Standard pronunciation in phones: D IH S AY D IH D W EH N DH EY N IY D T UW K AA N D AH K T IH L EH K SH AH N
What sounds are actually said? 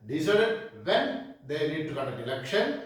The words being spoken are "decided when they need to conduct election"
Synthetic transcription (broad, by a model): D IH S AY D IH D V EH N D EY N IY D T UW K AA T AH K IH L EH K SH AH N